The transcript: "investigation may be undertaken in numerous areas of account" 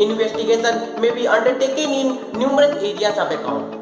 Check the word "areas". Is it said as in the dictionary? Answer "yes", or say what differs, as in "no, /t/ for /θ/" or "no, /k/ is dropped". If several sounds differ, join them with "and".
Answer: no, /s/ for /z/